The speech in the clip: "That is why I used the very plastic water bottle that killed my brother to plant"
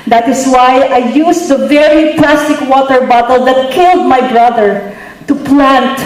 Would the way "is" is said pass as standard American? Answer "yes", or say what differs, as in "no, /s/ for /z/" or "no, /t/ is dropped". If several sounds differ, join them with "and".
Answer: no, /s/ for /z/